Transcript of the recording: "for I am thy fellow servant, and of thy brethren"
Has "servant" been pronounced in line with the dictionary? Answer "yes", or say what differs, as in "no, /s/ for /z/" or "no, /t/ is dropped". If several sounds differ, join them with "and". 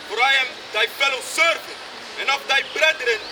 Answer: no, /t/ is dropped